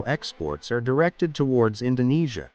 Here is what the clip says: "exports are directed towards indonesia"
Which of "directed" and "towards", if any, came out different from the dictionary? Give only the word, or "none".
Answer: none